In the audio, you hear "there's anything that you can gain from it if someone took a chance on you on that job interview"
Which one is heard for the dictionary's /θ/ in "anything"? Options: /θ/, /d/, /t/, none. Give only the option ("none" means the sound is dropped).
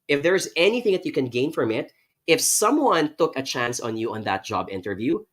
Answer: /θ/